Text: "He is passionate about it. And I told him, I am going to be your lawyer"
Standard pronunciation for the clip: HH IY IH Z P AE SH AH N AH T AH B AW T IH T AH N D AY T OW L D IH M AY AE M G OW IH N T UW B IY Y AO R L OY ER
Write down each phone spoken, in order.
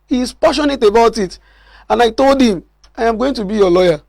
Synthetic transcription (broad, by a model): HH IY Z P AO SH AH N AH T AH B AW T IH T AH N AY T OW L D IH M AY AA M G OW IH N T UW B IY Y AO L OY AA